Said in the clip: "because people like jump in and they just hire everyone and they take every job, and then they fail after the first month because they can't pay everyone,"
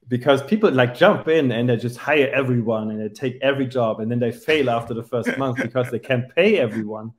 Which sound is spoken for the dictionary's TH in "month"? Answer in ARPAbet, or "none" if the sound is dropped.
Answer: TH